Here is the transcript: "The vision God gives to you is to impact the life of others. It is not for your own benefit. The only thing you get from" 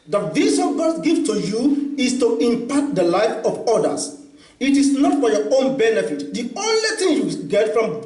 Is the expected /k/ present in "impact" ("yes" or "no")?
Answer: no